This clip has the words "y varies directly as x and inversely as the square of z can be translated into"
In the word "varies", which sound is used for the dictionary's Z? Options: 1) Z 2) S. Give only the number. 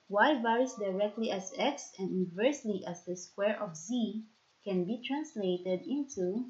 2